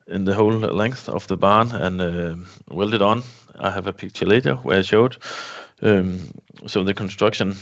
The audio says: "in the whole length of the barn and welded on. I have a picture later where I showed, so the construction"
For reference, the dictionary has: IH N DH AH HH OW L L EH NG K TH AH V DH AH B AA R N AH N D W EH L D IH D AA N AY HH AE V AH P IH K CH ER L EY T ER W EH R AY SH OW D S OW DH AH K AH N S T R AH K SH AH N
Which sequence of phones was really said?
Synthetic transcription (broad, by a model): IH N DH AH HH OW L L EH NG K TH AH V DH AH B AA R N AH N W EH L D IH D N AY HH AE V AH P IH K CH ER L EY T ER W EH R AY SH OW D S OW DH AH K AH N S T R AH K SH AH N